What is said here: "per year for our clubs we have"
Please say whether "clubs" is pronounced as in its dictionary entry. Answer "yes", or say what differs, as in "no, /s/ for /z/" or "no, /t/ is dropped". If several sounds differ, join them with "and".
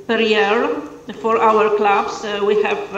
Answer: no, /s/ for /z/